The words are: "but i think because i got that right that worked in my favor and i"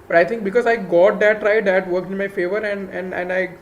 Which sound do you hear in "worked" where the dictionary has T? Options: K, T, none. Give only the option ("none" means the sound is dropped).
none